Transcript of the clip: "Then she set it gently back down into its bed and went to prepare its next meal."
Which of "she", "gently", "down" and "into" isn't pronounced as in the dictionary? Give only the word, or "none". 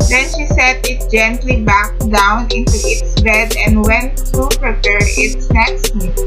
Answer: none